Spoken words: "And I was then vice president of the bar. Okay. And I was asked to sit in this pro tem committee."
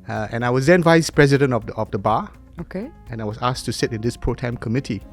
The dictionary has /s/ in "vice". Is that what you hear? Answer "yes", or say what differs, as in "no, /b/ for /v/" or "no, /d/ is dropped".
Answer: yes